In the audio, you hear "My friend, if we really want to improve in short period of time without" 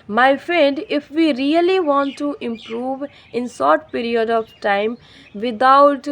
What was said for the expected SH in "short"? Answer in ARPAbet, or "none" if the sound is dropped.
S